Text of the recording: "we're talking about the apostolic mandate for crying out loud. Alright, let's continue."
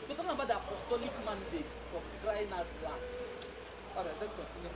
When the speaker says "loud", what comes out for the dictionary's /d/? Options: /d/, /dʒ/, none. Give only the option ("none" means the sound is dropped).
none